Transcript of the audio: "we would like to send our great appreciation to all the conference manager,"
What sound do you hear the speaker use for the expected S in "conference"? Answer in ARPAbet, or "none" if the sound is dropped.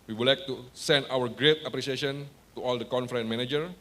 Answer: none